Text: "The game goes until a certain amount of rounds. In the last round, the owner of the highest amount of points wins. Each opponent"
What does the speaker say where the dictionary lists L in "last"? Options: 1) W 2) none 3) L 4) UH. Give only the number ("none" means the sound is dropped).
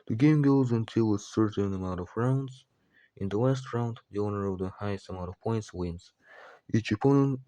1